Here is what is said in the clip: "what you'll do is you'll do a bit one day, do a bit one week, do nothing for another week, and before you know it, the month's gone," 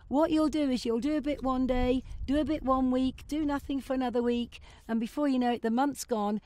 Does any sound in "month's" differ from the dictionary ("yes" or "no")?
no